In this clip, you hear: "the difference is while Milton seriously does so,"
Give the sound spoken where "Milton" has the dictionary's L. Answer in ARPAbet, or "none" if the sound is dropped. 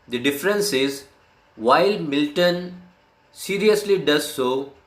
L